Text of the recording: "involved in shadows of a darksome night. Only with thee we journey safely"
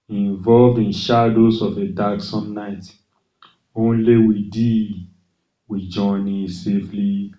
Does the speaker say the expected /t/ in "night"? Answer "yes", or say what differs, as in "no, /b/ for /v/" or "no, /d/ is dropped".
yes